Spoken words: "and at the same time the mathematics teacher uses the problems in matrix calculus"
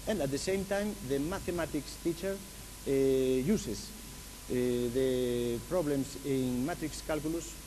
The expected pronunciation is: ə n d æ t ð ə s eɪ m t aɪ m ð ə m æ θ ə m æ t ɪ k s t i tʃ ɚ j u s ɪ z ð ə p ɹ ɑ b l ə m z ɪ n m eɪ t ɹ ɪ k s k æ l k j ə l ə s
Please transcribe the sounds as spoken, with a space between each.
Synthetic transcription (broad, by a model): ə n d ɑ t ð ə s eɪ m t aɪ m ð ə m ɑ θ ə m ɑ t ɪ k s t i tʃ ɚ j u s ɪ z ð ə p ɹ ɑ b l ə m s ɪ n m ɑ t ɹ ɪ k s k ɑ l k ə l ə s